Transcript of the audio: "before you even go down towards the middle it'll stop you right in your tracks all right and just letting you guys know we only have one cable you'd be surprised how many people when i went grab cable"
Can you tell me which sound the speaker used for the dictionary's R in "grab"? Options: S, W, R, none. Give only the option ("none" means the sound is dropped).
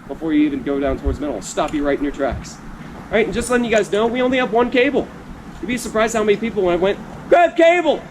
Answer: none